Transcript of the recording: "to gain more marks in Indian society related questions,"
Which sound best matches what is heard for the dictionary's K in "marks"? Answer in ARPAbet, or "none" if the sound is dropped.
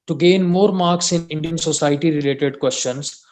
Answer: K